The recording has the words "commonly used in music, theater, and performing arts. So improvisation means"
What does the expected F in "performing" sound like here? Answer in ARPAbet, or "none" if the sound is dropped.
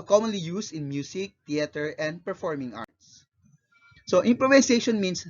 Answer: F